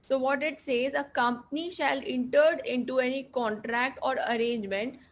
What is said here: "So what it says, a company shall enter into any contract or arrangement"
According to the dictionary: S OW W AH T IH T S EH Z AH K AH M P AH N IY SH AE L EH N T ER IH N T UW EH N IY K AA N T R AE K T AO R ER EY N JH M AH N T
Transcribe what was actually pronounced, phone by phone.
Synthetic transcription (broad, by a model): S OW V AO T IH T S EH Z AH K AH M P AH N IY SH AE L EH N T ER IH N T UW EH N IY K AA N T R AE K T AO R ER EY N JH M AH N T